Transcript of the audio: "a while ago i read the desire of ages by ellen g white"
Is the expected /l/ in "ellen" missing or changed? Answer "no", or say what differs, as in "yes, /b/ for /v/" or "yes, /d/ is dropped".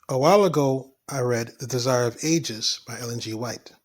no